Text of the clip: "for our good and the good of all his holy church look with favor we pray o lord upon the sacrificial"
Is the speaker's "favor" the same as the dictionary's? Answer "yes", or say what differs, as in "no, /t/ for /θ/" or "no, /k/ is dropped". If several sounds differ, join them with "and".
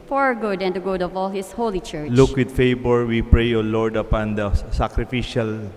no, /b/ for /v/